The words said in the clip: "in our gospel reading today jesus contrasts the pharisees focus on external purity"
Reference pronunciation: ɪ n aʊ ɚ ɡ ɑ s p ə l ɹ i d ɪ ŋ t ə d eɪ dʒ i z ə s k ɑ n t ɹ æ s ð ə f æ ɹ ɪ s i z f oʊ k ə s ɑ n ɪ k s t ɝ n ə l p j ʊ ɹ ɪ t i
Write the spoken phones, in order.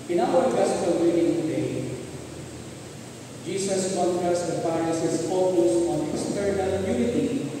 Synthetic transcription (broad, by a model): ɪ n aʊ ɚ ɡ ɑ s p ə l w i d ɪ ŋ t ə d eɪ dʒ i s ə s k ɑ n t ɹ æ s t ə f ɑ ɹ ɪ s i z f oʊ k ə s ɑ n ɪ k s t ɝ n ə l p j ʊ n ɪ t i